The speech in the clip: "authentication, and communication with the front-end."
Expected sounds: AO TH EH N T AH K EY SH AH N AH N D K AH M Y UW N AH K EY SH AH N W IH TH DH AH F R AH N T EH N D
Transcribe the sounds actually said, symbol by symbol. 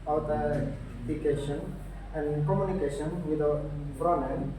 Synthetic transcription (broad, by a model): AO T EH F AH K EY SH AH N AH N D K AH M Y UW N AH K EY SH AH N W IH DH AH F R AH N EH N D